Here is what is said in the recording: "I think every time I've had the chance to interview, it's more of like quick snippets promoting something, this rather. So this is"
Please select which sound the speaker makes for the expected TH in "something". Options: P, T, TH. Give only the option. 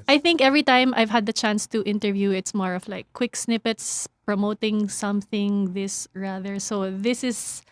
TH